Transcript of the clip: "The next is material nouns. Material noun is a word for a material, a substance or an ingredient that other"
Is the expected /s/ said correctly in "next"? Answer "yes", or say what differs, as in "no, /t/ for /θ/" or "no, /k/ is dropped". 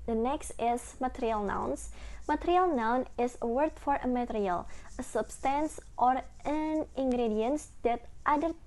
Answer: yes